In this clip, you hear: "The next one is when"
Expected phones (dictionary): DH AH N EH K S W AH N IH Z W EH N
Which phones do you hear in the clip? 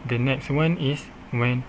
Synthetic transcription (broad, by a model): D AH N EH K S W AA N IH S W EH N